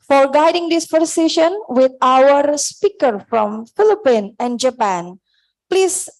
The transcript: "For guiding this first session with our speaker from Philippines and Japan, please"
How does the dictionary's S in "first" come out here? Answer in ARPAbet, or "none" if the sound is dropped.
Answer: none